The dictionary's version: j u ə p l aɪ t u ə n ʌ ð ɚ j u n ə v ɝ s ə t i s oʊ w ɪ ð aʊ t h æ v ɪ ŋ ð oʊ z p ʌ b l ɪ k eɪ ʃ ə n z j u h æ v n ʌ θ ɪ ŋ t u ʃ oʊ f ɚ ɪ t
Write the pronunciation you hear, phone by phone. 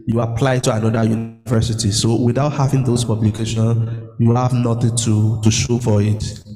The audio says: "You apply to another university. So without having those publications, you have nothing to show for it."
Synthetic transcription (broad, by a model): j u ə p l aɪ t u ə n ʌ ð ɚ j u n v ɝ s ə t i s oʊ w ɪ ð aʊ t h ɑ v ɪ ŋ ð oʊ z p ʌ b l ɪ k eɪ ʃ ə n j u h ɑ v n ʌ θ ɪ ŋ t u ʃ oʊ f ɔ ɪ t